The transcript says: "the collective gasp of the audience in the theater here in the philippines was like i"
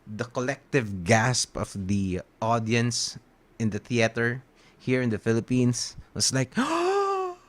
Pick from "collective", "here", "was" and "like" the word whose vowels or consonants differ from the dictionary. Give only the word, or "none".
was